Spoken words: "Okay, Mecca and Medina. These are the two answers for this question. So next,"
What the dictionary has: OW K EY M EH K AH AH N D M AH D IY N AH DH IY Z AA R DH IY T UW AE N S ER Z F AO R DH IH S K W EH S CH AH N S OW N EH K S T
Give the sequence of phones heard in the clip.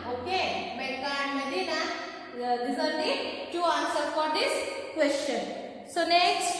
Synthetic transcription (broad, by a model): OW K EY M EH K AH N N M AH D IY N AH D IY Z AA R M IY T UW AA N S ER F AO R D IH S K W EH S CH AH N S OW N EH K S T